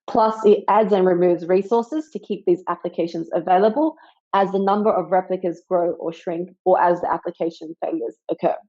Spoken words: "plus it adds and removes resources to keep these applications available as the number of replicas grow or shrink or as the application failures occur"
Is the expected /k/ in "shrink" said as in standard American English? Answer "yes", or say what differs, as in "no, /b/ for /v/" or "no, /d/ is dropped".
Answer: yes